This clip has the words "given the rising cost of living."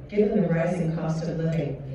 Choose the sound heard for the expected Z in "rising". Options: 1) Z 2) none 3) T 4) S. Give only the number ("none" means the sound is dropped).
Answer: 1